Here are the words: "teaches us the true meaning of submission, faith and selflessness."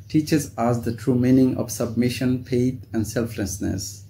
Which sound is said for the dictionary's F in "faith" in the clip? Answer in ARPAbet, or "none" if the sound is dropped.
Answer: P